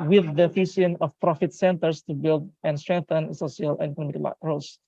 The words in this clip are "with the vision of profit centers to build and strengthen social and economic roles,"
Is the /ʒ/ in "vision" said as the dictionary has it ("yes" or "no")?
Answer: no